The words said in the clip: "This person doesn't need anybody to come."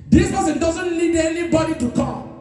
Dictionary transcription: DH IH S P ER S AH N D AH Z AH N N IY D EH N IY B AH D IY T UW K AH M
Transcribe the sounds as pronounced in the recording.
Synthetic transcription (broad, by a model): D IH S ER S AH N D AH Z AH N L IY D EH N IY B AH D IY T UW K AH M